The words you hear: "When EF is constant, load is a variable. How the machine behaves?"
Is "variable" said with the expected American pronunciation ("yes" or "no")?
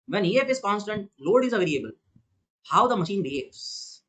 no